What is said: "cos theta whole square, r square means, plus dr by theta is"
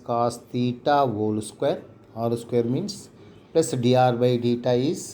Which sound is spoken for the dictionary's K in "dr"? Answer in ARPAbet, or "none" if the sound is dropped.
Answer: none